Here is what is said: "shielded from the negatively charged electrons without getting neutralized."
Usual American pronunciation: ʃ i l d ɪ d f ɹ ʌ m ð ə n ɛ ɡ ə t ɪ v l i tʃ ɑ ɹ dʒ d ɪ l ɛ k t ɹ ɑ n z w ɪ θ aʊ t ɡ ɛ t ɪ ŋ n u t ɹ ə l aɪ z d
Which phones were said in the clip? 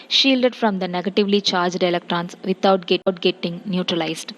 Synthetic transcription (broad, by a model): ʃ i l d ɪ d f ɹ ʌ m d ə n ɛ ɡ ə t ɪ v l i tʃ ɑ ɹ dʒ d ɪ l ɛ k t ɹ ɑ n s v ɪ t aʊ t ɡ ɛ t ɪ ŋ n u t ɹ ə l aɪ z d